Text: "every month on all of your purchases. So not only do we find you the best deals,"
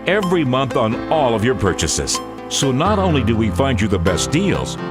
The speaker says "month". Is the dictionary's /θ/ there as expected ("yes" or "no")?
yes